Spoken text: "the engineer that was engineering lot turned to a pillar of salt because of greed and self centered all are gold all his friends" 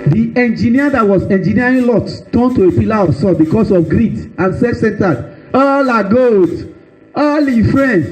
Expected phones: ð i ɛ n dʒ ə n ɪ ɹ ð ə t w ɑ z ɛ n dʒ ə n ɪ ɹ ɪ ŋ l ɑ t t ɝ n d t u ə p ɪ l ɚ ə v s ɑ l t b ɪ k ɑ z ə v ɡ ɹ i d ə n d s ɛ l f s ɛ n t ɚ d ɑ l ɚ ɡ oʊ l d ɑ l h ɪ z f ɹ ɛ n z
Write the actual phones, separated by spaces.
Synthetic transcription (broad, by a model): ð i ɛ n dʒ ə n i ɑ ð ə t w ɑ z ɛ n dʒ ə n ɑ ɹ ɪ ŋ l ɑ t t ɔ n t u ə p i l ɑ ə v s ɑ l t b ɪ k ɑ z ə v ɡ ɹ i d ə n s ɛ f s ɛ n t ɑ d ɑ l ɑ ɡ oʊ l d ɑ l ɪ f ɹ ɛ n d